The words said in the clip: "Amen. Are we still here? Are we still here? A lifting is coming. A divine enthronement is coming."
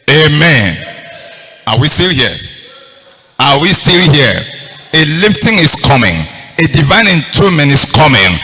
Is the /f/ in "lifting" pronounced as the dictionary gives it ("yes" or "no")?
yes